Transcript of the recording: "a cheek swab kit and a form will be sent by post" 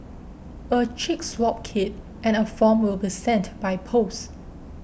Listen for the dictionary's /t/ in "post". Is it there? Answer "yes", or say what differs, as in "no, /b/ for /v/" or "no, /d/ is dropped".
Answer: no, /t/ is dropped